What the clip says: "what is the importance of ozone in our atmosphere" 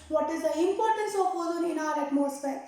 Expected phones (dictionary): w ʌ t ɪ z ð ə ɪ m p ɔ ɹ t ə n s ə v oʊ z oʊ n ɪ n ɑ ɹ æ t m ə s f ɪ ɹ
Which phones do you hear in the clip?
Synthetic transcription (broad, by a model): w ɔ t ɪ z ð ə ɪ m p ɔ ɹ t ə n s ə p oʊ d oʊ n ɪ n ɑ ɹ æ t m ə s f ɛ ɹ